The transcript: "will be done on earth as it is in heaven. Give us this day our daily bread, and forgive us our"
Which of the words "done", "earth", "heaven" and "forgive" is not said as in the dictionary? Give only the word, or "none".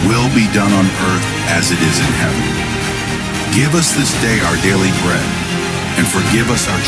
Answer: none